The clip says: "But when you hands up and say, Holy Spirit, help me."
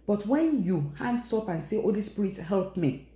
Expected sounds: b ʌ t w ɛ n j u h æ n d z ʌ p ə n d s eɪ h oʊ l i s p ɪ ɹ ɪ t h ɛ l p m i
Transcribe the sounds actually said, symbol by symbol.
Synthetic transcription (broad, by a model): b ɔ t w ɛ n j u h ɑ n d s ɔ p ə n s eɪ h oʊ l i s p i ɹ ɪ t h ɛ l p m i